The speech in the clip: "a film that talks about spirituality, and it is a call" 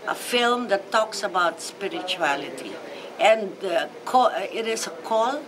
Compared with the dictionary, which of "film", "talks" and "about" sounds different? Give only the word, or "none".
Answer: none